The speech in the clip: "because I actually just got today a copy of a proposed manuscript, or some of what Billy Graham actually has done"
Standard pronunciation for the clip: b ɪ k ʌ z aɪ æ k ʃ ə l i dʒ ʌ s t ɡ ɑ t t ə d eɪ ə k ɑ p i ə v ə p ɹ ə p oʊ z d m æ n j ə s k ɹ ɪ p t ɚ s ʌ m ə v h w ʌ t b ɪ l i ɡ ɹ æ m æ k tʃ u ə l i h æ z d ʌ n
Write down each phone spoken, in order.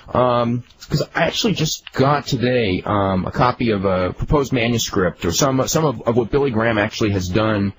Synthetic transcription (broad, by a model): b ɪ k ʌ z aɪ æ k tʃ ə l i dʒ ʌ s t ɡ ɑ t t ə d eɪ ə k ɑ p i ə v ə p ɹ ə p oʊ z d m æ n j ə s k ɹ ɪ p t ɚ s ʌ m ə v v w ʌ t b ɪ l i ɡ ɹ æ m æ k tʃ u ə l i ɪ z d ʌ n